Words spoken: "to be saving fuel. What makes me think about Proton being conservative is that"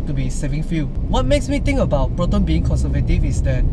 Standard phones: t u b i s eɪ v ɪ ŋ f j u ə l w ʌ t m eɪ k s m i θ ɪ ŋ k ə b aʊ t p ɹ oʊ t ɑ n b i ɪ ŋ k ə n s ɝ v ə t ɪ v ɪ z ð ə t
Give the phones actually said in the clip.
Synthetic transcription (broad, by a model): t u b i s eɪ v ɪ ŋ f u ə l w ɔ t m eɪ k s m i t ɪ ŋ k ə b aʊ t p ɹ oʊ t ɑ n b i ɪ ŋ k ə n s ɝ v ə t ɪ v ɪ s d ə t